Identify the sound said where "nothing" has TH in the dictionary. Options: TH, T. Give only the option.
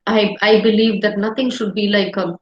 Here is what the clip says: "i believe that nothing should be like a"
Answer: T